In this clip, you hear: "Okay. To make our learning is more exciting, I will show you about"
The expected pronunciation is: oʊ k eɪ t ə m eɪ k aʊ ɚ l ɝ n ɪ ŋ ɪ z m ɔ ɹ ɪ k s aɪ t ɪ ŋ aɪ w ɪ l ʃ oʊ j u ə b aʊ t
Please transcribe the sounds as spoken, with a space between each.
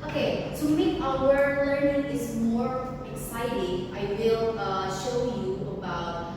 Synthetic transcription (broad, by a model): oʊ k eɪ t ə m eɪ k aʊ ɚ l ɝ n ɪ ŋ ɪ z m ɔ ɹ ɪ k s aɪ t ɪ ŋ aɪ w ɪ l ʃ oʊ j u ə b aʊ t